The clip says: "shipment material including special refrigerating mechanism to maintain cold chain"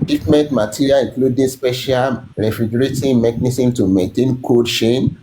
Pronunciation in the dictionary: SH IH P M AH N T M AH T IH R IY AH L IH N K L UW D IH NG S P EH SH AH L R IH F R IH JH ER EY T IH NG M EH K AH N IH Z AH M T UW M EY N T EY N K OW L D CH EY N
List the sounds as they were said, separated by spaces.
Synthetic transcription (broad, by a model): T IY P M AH N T M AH T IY R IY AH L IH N K L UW D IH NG S P EH SH AH L R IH F R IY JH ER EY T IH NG M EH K N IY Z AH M T UW M EY N T EY N K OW D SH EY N